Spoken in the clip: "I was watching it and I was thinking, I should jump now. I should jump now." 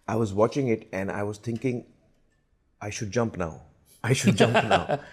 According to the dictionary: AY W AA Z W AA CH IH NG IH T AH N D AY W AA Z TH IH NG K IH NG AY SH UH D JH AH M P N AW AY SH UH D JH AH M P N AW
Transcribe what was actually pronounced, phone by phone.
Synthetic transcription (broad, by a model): AY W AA Z W AA CH IH NG IH T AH N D AY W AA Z T IH NG K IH NG AY SH UH D JH AH M P N AW AY SH UH D JH AH M P N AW